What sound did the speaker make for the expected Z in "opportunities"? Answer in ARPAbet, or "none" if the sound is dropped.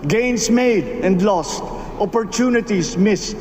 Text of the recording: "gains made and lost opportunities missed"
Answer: S